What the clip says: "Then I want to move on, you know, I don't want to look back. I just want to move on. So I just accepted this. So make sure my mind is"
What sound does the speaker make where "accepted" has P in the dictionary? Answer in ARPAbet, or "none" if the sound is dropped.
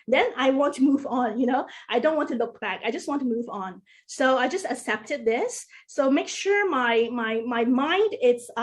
P